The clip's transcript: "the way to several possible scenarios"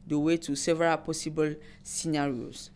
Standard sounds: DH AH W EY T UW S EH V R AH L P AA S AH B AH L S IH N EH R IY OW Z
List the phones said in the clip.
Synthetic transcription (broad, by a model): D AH W EY T UW S EH V R AH L P AA S AH B AH L S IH N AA R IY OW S